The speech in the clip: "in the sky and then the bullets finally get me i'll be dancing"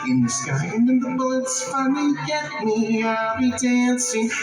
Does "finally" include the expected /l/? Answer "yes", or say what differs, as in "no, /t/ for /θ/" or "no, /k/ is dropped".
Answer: no, /n/ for /l/